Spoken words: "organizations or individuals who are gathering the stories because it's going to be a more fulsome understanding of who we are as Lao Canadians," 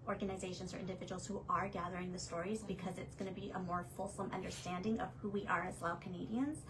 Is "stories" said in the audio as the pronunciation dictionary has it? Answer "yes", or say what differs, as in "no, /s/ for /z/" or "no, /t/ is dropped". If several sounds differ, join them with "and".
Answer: yes